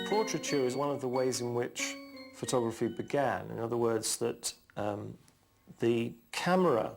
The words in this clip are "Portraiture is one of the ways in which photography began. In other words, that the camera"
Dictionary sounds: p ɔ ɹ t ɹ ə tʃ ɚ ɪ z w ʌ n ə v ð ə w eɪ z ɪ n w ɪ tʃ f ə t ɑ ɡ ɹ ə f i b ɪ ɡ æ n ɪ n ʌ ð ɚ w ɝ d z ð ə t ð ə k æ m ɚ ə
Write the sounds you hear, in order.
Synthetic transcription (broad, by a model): p ɔ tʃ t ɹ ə tʃ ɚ ɪ z w ʌ n ə v ð ə w eɪ z ɪ n w ɪ tʃ f ə t ɑ ɡ ɹ ə f i b ɪ ɡ æ n ɪ n ʌ ð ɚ w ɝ d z ð ə t ð ə k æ m ɚ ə